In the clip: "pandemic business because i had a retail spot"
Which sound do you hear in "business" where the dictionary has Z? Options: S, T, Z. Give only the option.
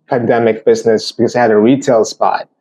Z